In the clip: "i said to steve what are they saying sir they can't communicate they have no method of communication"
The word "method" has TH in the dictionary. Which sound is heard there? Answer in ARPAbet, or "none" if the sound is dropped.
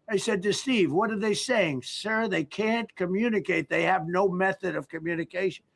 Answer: TH